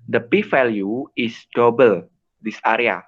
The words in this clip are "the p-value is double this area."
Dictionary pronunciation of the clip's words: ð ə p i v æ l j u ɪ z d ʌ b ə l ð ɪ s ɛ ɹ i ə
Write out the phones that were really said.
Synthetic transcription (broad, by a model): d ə p i f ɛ l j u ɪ s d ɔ b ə l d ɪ s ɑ ɹ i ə